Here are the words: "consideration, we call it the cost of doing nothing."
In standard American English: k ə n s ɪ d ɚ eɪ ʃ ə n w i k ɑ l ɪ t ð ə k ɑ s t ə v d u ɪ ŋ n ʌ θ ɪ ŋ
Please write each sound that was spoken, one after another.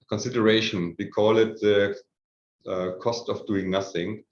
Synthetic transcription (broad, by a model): k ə n s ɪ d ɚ eɪ ʃ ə n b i k ɑ l ɪ t ð ə k ɑ s t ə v d u ɪ ŋ n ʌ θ ɪ ŋ